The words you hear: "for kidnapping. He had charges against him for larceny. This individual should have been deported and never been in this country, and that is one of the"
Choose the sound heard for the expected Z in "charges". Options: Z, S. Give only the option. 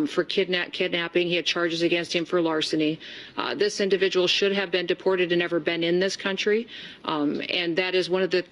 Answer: Z